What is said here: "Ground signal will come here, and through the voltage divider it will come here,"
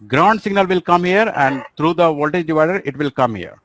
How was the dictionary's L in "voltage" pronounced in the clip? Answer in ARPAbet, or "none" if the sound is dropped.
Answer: L